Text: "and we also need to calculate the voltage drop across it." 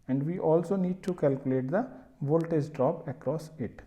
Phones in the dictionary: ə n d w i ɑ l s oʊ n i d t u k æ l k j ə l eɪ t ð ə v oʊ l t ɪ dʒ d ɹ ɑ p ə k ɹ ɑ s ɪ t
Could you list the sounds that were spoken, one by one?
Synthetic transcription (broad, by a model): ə n d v i ɑ l s oʊ n i d t u k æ l k j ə l eɪ t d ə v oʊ l t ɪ z d ɹ ɑ p ə k ɹ ɑ s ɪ t